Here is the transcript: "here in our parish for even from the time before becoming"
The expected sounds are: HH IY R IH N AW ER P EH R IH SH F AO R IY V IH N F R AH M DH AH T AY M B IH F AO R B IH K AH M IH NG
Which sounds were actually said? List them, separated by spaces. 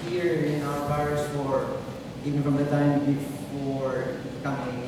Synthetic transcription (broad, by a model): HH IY R IH N AW ER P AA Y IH S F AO R IY V IH N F R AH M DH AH T AY M B IH F AO R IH K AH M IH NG